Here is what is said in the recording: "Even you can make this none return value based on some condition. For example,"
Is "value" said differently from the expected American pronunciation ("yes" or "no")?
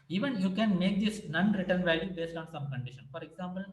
no